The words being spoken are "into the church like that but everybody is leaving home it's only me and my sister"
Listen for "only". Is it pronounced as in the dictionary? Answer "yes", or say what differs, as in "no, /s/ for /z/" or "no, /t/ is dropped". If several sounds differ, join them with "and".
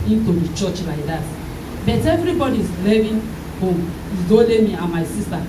no, /n/ is dropped